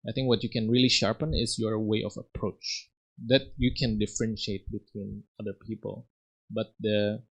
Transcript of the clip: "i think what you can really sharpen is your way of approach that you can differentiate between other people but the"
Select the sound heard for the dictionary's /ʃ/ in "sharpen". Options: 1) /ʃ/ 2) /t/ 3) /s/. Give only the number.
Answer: 1